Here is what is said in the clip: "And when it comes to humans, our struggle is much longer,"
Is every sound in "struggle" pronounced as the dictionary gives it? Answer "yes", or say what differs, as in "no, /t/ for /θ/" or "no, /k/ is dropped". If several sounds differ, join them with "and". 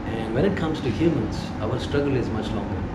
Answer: yes